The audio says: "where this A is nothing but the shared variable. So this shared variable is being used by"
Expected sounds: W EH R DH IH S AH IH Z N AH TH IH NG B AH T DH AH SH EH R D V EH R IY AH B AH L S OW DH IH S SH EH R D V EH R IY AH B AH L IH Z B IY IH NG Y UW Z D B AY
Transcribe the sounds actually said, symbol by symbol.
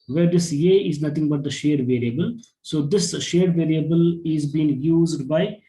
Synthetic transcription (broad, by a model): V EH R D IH S AH IH Z N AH T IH NG B AH T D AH SH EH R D V EH R IY AH B AH L S OW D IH S SH EH R D V EH R IY AH B AH L IH Z B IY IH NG Y UW Z D B AY